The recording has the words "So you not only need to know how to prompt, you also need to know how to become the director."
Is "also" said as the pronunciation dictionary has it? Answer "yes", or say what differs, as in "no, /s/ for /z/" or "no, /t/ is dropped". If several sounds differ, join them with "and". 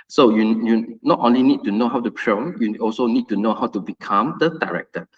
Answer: yes